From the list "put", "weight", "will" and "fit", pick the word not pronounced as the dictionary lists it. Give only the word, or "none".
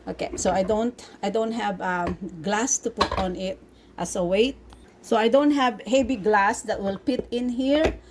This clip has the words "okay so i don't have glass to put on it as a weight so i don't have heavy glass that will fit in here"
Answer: fit